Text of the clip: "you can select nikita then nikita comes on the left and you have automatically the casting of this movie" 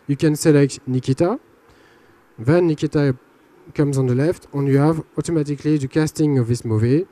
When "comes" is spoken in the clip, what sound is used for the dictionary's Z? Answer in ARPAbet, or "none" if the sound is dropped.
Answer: Z